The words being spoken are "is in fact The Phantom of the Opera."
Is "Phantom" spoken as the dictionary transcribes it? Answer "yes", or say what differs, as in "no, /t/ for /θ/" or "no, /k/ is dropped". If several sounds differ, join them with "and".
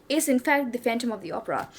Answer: yes